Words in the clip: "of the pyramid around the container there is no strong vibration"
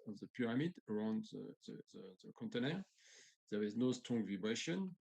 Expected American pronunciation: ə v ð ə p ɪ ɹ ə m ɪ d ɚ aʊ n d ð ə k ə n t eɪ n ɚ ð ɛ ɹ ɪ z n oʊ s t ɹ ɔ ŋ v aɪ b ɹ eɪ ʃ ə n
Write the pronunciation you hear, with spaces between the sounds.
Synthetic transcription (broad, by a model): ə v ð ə p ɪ ɹ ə m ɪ d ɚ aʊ n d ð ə k ə n t eɪ n ɚ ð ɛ w ɪ z n oʊ s t ɔ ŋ v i b ɹ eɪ ʃ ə n